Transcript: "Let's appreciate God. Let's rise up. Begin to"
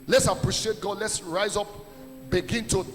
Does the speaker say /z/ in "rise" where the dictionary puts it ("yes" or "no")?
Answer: yes